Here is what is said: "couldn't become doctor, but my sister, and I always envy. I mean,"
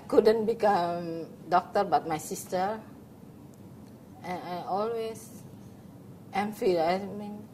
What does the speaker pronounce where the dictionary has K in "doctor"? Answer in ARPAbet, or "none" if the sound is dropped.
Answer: K